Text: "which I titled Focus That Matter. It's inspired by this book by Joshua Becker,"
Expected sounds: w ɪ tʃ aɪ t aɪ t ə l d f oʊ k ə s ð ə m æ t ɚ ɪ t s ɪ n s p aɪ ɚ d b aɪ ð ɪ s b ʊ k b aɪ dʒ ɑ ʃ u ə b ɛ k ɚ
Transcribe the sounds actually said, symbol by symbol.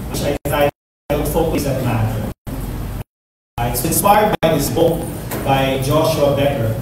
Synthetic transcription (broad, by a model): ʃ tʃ aɪ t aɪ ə d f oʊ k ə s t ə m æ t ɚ ɪ t s ɪ n s p aɪ ɚ d b aɪ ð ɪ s b ʊ k b aɪ dʒ ɑ ʃ u ə b ɛ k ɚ